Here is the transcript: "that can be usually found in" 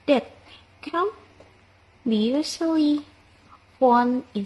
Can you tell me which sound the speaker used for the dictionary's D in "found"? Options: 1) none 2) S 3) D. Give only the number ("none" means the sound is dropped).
1